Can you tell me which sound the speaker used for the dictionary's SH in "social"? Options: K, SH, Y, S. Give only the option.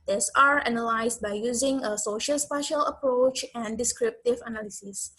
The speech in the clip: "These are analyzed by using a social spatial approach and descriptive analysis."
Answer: SH